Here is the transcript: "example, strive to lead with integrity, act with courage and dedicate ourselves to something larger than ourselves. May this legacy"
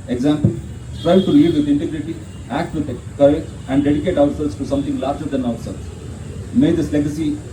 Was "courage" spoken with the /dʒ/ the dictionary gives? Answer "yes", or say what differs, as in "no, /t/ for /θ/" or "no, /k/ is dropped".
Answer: no, /dʒ/ is dropped